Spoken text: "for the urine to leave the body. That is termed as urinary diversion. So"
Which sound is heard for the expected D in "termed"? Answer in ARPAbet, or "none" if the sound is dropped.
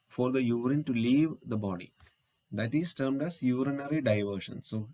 D